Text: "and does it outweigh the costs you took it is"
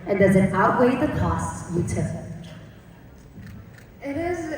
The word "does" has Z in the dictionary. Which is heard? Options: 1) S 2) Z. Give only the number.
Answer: 2